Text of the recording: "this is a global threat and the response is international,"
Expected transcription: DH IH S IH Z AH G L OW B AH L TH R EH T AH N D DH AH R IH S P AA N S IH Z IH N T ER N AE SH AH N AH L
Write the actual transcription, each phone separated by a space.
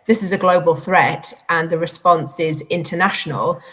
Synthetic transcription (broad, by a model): DH IH S IH Z AH G L OW B AH L TH R EH T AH N DH AH R IH S P AA N S IH Z IH N T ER N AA SH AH N AH L